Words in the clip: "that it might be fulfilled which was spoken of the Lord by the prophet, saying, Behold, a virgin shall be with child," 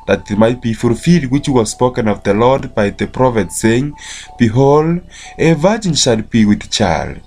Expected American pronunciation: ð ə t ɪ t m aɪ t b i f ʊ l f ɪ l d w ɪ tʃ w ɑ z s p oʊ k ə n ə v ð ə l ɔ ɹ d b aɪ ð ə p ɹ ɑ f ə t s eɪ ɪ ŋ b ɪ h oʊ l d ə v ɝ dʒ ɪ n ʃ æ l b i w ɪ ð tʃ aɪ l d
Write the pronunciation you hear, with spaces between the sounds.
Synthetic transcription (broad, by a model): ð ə t ɪ t m aɪ t b i f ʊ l f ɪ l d w ɪ tʃ w ɑ z s p oʊ k ə n ə v ð ə l ɔ ɹ d b aɪ ð ə p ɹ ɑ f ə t s eɪ ɪ ŋ b ɪ h oʊ l d ə v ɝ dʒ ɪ n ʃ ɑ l b i w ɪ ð tʃ aɪ l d